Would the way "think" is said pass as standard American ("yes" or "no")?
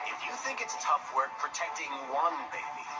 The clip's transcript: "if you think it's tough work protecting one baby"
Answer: yes